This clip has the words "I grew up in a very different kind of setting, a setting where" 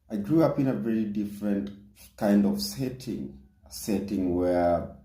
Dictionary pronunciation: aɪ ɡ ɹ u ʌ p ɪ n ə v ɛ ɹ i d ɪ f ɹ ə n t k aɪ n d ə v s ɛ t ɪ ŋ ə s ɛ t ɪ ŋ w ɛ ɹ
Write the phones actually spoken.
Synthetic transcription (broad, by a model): aɪ ɡ ɹ u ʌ p ɪ n ə v ɛ ɹ i d ɪ f ɹ ə n t k aɪ n d ə v s ɛ t ɪ ŋ s ɛ t ɪ ŋ w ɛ ɹ